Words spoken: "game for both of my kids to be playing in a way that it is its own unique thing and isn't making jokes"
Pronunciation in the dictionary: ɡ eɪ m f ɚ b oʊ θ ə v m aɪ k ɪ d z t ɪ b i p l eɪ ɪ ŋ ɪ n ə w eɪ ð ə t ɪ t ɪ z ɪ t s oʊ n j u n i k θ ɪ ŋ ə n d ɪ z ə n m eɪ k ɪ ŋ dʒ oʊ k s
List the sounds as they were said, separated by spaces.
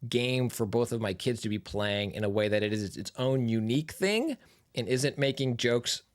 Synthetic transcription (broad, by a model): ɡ eɪ m f ɚ b oʊ θ ə v m aɪ k ɪ d z t ɪ b i p l eɪ ɪ ŋ ɪ n ə w eɪ ð ə t ɪ t ɪ z ɪ t s oʊ n j u n i k θ ɪ ŋ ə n ɪ z ə n m eɪ k ɪ ŋ dʒ oʊ k s